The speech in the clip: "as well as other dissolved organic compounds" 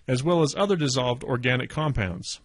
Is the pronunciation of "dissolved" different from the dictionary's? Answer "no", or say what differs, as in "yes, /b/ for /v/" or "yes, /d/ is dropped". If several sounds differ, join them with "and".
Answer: no